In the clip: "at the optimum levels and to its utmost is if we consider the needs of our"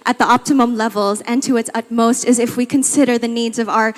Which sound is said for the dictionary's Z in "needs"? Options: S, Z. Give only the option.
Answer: Z